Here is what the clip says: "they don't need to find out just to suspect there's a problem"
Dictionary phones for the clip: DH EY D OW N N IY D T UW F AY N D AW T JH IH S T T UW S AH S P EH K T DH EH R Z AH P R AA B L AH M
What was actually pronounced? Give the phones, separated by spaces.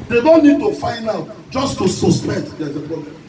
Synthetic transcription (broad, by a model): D EY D OW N N IY D T UW F AY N AW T JH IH S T T UW S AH S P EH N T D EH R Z AH P R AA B L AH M